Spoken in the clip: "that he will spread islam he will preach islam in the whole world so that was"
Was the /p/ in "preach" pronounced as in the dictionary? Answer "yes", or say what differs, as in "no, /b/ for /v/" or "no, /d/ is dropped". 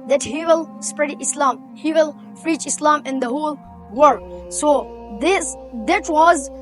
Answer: no, /f/ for /p/